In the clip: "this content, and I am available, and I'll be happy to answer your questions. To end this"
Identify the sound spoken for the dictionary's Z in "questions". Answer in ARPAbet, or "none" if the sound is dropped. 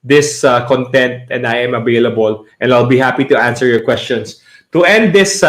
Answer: S